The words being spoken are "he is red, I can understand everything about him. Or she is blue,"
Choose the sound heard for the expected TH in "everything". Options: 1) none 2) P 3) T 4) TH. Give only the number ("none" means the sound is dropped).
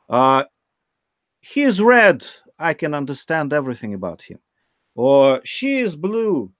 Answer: 4